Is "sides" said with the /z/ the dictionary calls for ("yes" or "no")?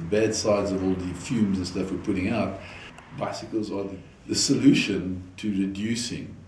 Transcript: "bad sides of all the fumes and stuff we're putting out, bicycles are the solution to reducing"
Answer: yes